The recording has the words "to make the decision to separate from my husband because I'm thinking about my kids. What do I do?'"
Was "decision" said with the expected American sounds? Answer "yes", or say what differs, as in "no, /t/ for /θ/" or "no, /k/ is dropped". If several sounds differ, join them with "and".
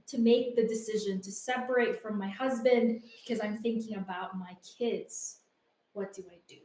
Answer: yes